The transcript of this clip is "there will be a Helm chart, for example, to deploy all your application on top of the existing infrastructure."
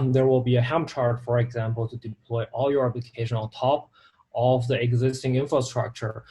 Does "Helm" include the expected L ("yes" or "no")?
no